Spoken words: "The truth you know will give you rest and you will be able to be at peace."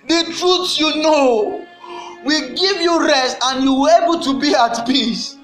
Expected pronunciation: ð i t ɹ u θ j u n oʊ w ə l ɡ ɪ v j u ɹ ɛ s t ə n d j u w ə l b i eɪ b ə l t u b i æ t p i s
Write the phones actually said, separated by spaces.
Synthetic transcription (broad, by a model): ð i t ɹ u s j u n oʊ w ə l ɡ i v j u ɹ ɛ s t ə n j u w ə l eɪ b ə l t u b i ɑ t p i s